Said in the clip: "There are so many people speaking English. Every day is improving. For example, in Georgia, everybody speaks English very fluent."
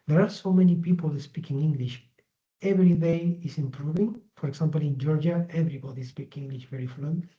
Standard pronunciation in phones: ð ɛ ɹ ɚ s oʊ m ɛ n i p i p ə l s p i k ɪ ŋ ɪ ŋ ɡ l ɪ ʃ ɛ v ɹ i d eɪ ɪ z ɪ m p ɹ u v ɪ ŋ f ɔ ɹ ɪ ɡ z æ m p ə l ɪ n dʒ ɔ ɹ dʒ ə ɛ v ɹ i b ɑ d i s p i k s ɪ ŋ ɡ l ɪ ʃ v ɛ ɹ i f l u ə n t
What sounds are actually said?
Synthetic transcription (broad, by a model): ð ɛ ɹ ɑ s oʊ m ɛ n i p i p ə l s p i k ɪ ŋ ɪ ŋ ɡ l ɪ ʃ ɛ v ɹ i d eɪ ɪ s ɪ m p ɹ u v ɪ ŋ f ɔ ɹ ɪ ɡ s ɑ m p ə l ɪ n dʒ ɔ ɹ dʒ ə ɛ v ɹ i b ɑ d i s p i k ɪ ŋ ɡ l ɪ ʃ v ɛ ɹ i f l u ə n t